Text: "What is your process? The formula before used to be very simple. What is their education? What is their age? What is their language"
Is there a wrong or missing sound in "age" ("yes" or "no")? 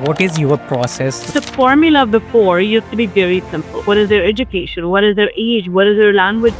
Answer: no